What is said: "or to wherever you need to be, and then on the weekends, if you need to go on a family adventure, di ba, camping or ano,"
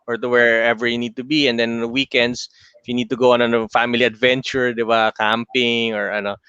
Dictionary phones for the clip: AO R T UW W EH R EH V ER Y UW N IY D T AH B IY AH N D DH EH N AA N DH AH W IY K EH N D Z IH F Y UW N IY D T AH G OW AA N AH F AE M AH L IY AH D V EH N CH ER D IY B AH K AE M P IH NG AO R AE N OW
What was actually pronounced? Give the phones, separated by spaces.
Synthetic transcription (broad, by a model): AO R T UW W EH R EH V ER Y UW N IY D T AH B IY AH N D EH N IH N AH W IY K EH N D S IH F Y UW N IY D T AH G OW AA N AH F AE M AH L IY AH D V EH N CH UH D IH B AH K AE M P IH NG AO R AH N OW